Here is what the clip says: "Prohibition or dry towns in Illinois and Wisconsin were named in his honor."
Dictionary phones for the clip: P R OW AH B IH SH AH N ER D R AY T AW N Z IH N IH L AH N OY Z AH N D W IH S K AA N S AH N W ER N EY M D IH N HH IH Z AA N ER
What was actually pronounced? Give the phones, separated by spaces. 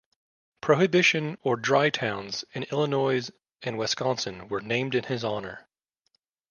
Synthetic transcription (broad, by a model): P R OW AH B IH SH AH N ER D R AY T AW N Z IH N IH L AH N OY Z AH N W IH S K AA N S AH N W ER N EY M D IH N IH Z AA N ER